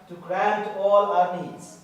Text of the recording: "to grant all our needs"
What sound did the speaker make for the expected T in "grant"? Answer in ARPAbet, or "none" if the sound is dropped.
T